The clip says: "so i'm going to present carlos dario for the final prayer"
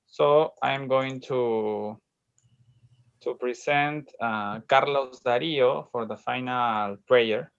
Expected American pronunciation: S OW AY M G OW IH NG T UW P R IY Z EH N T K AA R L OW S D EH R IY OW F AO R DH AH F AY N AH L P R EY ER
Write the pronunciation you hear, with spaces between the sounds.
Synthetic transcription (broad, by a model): S OW AY M G OW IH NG T UW P R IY S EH N T K AA R L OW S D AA R IY OW F AO R DH AH F AY N AH L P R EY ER